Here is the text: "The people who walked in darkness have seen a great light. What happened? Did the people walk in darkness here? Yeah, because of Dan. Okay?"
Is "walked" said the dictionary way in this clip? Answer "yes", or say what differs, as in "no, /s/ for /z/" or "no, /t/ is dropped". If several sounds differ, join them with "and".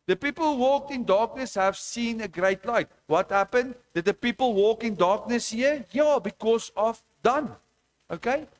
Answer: yes